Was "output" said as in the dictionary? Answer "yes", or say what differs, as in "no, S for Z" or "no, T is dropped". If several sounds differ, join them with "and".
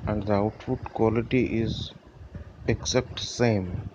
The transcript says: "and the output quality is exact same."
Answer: no, F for P